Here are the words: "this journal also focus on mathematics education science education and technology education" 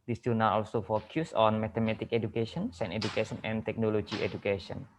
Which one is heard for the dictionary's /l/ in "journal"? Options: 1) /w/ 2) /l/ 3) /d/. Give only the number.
1